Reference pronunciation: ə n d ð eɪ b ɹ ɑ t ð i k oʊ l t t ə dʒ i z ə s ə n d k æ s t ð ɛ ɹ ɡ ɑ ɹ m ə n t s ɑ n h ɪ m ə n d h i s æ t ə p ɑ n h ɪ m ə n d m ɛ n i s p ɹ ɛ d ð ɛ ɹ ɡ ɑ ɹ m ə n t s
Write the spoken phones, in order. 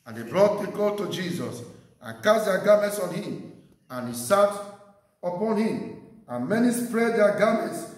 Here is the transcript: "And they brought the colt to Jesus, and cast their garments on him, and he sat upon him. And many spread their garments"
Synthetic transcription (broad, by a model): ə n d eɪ b ɹ ɑ t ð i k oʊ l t t ə dʒ i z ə s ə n k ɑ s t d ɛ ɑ ɡ ɑ m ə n t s ɑ n h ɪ m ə n h i s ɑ t ə p ɑ n h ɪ m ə n m ɛ n i s p ɹ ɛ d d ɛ ɡ ɑ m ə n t s